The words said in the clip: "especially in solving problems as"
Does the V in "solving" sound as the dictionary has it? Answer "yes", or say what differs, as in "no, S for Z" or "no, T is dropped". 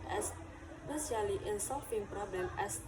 no, F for V